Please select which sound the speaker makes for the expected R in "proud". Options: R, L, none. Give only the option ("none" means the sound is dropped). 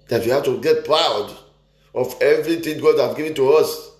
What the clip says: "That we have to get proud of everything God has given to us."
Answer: R